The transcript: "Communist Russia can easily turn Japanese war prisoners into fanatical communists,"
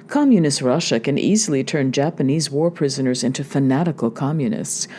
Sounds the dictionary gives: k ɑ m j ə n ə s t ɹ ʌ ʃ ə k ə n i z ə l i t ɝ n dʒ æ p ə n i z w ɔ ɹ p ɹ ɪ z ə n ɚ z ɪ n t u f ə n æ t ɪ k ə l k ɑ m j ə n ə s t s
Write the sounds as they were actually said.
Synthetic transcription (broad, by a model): k ɑ m j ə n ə s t ɹ ʌ ʃ ə k ə n i z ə l i t ɝ n dʒ æ p ə n i z w ɔ ɹ p ɹ ɪ z ə n ɚ z ɪ n t u f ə n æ t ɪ k l k ɑ m j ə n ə s t s